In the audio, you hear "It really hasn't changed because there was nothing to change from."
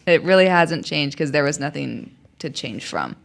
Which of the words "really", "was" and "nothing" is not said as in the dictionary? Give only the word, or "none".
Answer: none